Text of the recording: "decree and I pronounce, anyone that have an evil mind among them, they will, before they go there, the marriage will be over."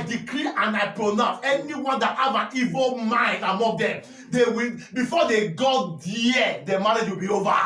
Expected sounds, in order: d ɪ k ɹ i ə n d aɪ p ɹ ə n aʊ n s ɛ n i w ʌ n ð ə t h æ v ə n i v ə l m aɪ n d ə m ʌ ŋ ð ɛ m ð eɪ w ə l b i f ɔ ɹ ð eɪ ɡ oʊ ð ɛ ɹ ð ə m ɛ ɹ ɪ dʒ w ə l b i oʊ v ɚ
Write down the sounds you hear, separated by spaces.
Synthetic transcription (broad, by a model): d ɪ k ɹ i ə n aɪ p ɹ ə n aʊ s ɛ n i w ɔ n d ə t h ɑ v ə n i v ə l m aɪ n d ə m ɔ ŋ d ɛ m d eɪ w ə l b i f ɔ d eɪ ɡ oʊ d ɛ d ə m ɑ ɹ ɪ dʒ w ə l b i oʊ v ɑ